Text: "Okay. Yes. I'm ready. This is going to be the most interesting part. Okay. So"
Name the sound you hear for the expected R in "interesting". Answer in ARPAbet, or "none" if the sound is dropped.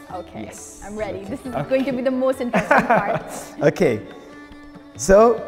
none